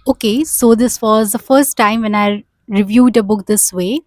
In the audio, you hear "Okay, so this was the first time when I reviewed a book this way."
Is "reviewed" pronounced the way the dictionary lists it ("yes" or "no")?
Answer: yes